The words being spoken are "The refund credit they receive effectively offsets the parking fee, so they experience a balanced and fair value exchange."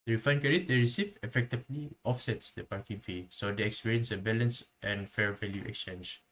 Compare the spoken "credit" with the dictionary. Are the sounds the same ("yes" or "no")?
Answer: no